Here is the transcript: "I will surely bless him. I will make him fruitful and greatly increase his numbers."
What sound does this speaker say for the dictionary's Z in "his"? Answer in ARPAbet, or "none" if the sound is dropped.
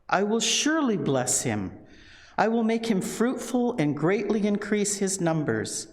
Z